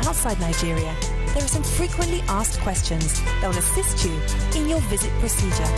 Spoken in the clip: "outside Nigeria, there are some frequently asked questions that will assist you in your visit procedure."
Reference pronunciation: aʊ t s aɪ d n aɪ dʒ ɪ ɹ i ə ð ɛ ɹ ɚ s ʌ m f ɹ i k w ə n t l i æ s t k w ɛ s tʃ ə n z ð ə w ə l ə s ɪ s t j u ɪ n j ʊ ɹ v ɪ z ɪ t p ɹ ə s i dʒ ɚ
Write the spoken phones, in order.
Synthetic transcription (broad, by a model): aʊ t s aɪ d n aɪ dʒ ɪ ɹ i ə ð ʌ ɹ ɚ s ʌ m f ɹ i k w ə n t l i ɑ s k w ɛ s tʃ ə n z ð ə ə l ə s ɪ s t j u ɪ n j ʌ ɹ v ɪ z ɪ t p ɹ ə s i dʒ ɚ